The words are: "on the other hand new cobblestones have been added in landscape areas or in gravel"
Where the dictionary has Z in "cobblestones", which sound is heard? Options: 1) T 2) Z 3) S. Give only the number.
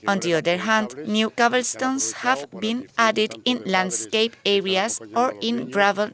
3